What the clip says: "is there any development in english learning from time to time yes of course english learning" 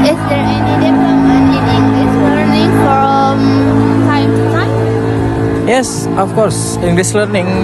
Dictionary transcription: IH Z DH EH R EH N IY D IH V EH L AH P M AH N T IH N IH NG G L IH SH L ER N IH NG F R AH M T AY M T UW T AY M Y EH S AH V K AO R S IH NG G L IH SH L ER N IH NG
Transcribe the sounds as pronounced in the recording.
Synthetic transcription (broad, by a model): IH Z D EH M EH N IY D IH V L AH M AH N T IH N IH NG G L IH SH L ER N IH NG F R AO M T AY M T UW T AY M Y EH S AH F K AO R S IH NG G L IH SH L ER N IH NG